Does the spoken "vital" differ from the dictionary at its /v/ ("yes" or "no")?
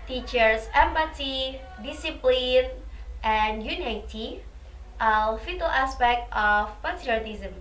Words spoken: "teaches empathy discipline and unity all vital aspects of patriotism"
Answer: yes